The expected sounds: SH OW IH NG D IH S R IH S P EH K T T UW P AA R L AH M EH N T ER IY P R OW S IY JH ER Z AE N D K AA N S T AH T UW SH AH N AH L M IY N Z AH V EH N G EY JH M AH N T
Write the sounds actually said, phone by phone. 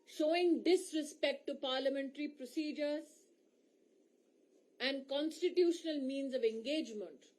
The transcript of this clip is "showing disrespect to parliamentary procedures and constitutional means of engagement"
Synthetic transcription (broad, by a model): SH OW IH NG D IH S R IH S P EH K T T UW P AA R L AH M EH N T ER IY P R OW S IY JH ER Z AE N D K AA N S T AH T UW SH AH N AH L M IY N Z AH V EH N G EY JH M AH N T